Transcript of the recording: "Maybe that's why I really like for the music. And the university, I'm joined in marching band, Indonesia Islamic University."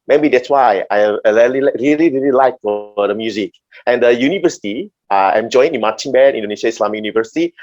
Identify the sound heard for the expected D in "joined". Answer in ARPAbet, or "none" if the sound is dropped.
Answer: none